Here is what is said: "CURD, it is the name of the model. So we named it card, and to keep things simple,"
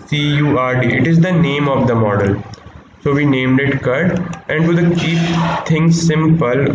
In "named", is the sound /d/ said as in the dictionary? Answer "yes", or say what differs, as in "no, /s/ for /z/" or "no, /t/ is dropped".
yes